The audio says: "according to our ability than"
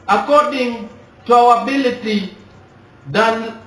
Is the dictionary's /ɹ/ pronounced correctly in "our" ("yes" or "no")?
no